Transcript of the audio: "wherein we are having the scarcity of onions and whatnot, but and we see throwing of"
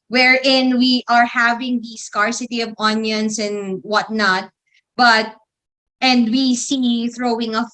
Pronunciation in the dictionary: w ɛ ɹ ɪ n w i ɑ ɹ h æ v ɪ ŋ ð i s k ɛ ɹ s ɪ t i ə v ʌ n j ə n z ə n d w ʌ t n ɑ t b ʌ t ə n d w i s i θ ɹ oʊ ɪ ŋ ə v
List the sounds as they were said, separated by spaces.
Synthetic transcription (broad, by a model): w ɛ ɹ ɪ n w i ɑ ɹ h æ v ɪ ŋ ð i s k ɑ ɹ s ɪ t i ə v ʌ n j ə n s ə n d w ʌ t n ɑ t b ʌ t ə n d w i s i θ ɹ oʊ ɪ ŋ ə